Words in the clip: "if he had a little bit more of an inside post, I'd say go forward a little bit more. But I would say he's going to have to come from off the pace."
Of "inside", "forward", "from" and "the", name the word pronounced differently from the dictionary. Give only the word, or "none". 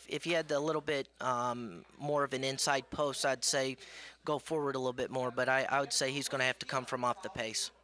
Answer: none